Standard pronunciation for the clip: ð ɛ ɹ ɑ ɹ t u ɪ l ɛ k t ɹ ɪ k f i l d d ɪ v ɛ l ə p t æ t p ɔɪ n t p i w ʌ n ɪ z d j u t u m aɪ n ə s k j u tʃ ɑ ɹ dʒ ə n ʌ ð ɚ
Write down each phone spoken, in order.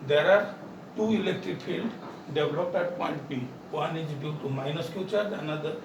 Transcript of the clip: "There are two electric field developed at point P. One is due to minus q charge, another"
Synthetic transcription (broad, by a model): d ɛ ɹ ɑ ɹ t u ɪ l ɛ k t ɹ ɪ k f i l d d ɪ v l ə p ɛ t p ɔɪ n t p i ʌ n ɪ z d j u t u m aɪ n ə s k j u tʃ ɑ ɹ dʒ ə n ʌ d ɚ